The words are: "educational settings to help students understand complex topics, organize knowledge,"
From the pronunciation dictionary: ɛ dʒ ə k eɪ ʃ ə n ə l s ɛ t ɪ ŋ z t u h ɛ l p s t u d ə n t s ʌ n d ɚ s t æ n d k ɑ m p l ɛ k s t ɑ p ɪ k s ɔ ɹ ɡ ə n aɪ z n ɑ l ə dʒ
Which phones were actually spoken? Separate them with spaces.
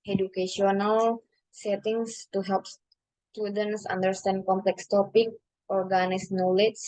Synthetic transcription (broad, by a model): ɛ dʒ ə k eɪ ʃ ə n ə l s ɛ t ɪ ŋ s t u h ɛ l p s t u d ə n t s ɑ n d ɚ s t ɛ n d k ɑ m p l ɛ k s t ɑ p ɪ k ɔ ɹ ɡ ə n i s n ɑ l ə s